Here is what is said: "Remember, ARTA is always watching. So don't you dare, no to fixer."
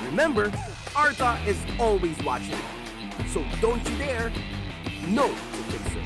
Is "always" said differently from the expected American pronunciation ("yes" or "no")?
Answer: no